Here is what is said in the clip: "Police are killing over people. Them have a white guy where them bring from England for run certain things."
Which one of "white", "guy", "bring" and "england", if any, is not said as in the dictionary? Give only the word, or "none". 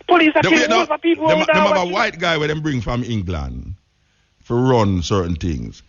none